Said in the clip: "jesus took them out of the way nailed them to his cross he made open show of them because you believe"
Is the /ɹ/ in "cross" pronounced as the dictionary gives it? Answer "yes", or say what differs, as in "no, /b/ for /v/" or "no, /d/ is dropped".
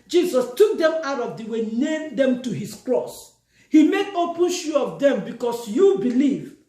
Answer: yes